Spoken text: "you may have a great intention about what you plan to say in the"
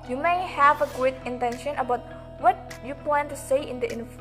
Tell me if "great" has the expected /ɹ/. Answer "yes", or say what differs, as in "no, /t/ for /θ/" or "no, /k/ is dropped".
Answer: no, /ɹ/ is dropped